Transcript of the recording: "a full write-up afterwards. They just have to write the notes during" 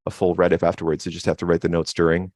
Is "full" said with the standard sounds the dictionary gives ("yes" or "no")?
yes